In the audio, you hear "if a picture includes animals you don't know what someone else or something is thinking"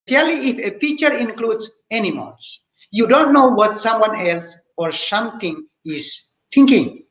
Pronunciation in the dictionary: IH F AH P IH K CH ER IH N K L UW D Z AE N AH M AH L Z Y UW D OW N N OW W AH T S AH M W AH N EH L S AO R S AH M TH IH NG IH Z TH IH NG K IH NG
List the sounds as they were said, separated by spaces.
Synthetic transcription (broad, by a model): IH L AH F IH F CH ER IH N K L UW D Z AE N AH M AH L S Y UW D OW N N OW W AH T S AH M W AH N EH L S AO R S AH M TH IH NG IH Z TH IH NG K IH NG